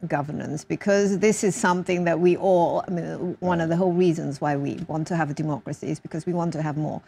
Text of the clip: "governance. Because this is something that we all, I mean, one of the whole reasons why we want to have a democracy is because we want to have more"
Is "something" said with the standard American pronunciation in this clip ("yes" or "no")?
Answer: yes